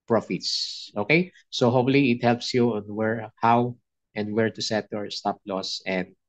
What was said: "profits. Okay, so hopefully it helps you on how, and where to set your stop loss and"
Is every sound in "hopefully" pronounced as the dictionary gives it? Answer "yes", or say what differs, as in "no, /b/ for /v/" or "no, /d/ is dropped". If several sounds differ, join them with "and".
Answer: no, /p/ is dropped